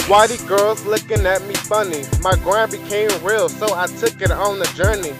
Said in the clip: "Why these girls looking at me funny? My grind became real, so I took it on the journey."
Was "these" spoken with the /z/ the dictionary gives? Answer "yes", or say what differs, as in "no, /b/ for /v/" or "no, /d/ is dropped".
no, /z/ is dropped